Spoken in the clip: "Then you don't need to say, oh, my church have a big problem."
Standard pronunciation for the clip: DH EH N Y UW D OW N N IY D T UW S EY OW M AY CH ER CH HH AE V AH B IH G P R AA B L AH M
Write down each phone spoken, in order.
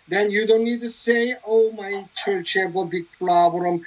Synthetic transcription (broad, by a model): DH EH N Y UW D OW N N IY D T UW S EY OW M AY CH ER CH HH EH B AH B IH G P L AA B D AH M